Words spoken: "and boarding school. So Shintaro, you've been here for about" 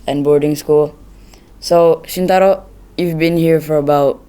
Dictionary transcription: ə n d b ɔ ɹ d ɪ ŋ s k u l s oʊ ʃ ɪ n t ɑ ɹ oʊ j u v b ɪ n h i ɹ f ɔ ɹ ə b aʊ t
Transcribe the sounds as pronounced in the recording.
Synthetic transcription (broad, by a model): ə n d b ɔ ɹ d ɪ ŋ s k u l s oʊ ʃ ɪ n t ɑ ɹ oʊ j u v b ɪ n h i ɹ f ɔ ɹ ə b aʊ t